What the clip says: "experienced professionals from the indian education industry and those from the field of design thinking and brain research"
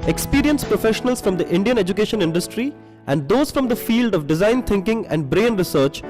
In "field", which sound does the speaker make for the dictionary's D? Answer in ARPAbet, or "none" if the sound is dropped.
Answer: D